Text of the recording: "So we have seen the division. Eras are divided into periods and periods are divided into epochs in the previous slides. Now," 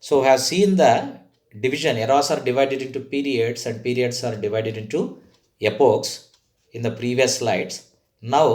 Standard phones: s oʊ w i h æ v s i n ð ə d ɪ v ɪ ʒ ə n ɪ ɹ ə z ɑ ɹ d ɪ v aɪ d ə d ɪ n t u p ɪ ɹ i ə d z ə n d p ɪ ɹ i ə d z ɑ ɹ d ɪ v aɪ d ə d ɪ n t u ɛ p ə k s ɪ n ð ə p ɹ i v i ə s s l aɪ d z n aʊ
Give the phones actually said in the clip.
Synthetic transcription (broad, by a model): s oʊ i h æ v s i n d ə d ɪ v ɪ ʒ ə n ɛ ɹ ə s ɑ ɹ d ɪ v aɪ d ə d ɪ n t u p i ɹ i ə d s ə n d p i ɹ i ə d s ɑ ɹ d ɪ v aɪ d ə d ɪ n t u ɛ p ə k s ɪ n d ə p ɹ i v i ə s s l aɪ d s n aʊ